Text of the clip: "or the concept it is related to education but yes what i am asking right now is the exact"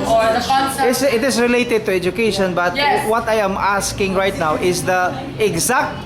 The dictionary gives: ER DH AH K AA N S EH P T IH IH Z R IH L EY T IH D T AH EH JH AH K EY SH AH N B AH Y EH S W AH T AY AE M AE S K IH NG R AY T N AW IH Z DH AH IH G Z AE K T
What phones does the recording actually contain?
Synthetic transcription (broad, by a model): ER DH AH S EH T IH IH S R IH L EY T IH D T AH EH JH AH K EY SH AH N B AH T W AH T AY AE M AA S K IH NG R AY T N AW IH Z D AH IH G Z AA K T